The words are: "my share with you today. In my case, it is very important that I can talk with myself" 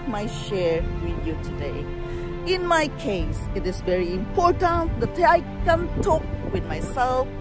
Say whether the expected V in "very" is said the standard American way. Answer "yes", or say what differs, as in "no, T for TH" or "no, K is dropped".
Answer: yes